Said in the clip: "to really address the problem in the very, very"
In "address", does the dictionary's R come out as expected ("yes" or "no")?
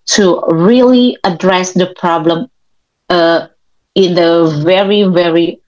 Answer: yes